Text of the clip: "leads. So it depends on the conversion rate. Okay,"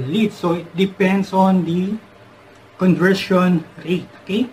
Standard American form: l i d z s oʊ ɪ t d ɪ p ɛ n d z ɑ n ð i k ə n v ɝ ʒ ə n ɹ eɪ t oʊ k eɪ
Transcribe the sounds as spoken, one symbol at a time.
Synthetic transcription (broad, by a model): l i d s oʊ ɪ t d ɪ p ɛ n d s ɑ n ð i k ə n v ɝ ʃ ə n ɹ eɪ t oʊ k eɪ